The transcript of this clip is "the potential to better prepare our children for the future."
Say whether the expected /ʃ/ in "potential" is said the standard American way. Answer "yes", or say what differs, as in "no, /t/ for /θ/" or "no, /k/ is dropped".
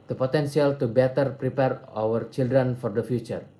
no, /s/ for /ʃ/